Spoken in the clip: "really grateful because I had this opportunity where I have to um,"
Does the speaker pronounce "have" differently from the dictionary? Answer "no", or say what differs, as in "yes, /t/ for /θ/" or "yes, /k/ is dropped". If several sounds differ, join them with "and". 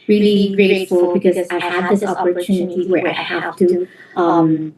yes, /f/ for /v/